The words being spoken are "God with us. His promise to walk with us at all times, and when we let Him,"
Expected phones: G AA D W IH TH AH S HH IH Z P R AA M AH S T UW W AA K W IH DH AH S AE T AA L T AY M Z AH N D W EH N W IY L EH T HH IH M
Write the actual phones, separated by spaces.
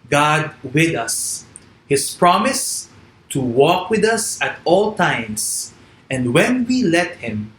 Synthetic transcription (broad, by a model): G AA D W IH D AH S HH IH S P R AA M AH S T UW W AA K W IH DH AH S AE T AA L T AY M S AH N D W EH N W IY L EH T HH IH M